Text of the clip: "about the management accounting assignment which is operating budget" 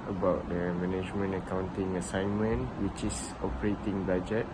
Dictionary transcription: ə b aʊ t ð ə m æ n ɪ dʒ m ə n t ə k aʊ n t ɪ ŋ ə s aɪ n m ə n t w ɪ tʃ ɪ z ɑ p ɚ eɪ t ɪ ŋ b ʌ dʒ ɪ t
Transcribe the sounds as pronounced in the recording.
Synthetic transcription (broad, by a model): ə b aʊ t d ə m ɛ n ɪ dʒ m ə n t ə k aʊ n t ɪ ŋ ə s aɪ n m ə n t w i tʃ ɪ s ɑ p ɚ eɪ t ɪ ŋ b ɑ dʒ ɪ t